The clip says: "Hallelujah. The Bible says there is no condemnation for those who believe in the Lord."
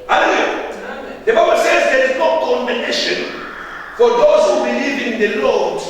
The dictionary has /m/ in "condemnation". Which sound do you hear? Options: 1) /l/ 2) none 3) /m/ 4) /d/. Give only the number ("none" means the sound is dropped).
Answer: 2